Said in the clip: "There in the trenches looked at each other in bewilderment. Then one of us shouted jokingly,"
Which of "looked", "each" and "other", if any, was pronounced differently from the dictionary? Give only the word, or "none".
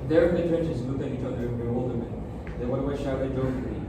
looked